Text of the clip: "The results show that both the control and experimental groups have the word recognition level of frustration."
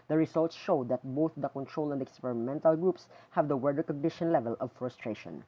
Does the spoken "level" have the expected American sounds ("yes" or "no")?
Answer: yes